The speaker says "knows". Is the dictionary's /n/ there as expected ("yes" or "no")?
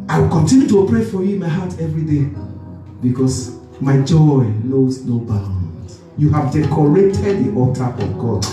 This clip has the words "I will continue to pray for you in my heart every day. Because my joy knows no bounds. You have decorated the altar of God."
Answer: no